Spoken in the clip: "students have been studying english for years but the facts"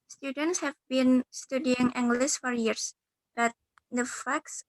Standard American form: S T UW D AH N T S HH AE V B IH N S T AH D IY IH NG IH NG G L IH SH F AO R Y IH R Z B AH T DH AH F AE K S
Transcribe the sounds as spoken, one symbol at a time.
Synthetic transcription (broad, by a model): S T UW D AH N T S HH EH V B IH N S T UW D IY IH NG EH NG G L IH S F AO R Y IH R S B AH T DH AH F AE K S